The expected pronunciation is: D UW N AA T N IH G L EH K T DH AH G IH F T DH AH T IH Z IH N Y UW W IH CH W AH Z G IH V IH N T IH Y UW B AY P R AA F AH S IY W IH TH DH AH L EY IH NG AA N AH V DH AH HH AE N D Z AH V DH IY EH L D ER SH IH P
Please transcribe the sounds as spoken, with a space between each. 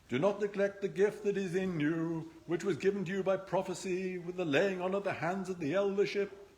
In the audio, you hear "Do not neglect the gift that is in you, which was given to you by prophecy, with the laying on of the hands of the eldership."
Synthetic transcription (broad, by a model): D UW N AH T N IH G L EH K T DH AH G IH F T DH AH T IH Z IH N Y UW W IH CH W AH Z G IH V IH N T IH Y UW B AY P R AA F AH S IY W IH DH AH L EY IH NG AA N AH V DH AH HH AE N D Z AH V DH IY EH L D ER SH IH P